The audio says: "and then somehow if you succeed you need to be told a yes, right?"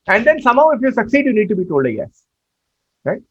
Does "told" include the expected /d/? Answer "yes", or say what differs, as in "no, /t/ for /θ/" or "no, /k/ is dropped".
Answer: yes